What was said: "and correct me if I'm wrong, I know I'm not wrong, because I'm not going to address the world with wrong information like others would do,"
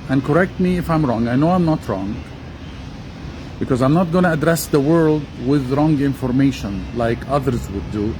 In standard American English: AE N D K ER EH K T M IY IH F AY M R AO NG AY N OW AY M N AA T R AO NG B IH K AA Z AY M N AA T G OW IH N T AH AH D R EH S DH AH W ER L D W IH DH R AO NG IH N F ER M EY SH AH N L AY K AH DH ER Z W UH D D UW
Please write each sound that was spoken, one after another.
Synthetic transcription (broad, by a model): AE N K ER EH K T M IY IH F AY M R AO NG AY N OW AY M N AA T R AO NG B IH K AA Z AY M N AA T G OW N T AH AH D R EH S DH AH W ER L D W IH DH R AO NG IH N F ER M EY SH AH N L AY K AH DH ER Z W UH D D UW